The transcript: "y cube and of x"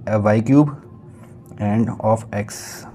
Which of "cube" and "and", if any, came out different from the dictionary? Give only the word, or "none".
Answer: none